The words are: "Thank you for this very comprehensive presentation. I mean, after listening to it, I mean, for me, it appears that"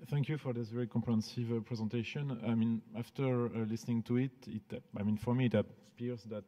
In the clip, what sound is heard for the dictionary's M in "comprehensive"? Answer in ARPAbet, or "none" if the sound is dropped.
none